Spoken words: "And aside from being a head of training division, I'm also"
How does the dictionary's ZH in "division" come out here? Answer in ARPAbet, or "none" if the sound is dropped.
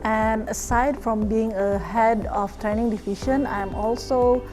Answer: SH